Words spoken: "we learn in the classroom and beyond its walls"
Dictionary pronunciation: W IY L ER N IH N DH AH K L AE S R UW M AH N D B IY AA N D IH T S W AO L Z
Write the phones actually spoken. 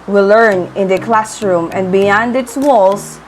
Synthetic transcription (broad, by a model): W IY L ER N IH N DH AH K L AE S R UW M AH N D B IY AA N D IH T S W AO L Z